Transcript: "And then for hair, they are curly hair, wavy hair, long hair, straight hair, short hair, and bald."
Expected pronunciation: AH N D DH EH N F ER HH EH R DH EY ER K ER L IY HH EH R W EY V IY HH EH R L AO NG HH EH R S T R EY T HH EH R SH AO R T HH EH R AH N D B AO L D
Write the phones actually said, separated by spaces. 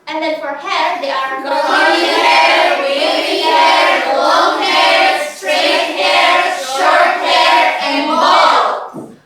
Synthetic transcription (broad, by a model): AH N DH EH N F ER HH EH R DH EY ER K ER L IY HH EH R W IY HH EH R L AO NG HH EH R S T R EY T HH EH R SH AO R T HH EH R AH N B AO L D